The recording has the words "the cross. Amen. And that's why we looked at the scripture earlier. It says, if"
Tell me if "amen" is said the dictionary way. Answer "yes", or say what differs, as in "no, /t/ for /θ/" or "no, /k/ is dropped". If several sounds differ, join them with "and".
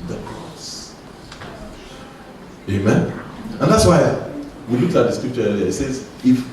yes